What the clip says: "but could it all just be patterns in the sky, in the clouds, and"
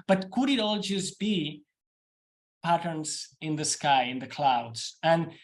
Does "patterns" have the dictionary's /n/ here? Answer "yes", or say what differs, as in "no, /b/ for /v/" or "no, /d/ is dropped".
yes